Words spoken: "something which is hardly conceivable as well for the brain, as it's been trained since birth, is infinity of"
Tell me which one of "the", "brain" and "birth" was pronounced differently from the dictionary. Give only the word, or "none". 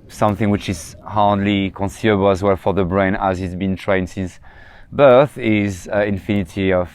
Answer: none